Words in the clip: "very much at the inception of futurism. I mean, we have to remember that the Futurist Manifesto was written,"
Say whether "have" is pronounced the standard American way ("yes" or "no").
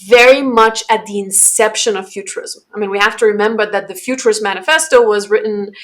no